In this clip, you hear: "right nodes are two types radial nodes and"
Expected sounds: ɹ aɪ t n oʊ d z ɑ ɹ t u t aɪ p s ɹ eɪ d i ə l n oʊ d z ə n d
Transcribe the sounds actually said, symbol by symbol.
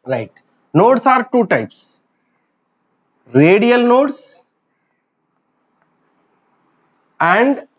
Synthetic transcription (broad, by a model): ɹ aɪ t n oʊ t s ɑ ɹ t u t aɪ p s ɹ eɪ d i ə l n oʊ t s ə n d